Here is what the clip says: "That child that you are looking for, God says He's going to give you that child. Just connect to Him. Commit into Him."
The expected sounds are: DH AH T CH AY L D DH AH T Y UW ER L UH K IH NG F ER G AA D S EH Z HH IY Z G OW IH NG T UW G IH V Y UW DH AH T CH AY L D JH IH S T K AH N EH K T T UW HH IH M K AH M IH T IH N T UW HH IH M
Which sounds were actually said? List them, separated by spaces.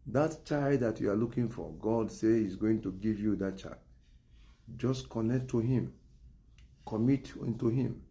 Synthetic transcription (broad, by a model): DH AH T CH AY L D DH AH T Y UW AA L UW K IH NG F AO G AA D S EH HH IY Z G OW IH NG T UW G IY V Y UW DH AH T CH AY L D JH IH S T K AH N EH K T T UW HH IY M K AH M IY T IH N T UW HH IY M